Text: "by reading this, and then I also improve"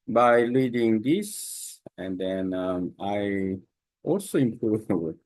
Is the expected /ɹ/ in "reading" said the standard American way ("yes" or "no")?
no